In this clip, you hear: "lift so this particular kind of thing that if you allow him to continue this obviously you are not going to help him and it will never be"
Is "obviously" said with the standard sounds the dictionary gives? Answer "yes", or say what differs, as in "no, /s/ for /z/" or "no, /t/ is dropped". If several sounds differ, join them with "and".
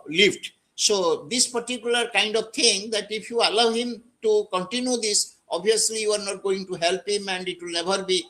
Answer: no, /v/ is dropped